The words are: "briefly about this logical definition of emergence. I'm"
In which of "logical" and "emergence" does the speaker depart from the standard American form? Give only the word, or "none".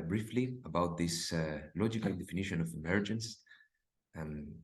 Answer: none